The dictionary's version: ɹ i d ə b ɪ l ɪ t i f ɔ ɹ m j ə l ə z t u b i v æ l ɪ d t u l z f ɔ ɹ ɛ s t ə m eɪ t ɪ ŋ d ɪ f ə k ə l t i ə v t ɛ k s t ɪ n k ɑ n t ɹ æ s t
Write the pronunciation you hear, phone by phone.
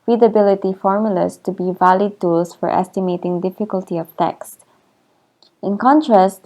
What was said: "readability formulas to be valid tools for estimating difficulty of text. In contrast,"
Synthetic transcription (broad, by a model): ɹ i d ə b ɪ l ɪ t i f ɔ ɹ m j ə l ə s t u b i v æ l ɪ d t u l s f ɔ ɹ ɛ s t ə m eɪ t ɪ ŋ d ɪ f ə k ə l t i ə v t ɛ k s t ɪ n k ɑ n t ɹ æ s t